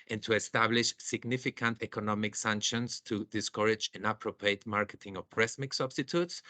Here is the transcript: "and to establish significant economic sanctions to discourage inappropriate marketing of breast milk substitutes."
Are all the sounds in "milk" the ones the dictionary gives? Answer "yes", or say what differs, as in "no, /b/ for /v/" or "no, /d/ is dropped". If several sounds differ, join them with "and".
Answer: no, /l/ is dropped